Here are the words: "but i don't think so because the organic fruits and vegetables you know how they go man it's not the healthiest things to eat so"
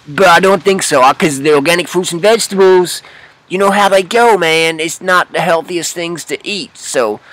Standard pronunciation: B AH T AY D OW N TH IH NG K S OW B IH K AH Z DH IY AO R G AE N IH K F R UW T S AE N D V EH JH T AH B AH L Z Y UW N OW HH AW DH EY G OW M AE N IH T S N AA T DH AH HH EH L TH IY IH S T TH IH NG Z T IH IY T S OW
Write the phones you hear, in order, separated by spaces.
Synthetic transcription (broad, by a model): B AH T AY D OW N TH IH NG K S OW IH K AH Z DH IY AO R G AE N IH K F UW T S N V EH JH T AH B L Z Y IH N OW HH AW DH EY G OW M AE N IH T S N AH T DH AH HH EH L TH IY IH S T TH IH NG Z T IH IY T S OW